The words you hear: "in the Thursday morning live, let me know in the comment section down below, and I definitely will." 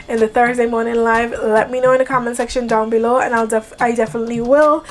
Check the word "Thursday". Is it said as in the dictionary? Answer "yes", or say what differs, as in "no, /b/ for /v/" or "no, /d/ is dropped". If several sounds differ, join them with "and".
yes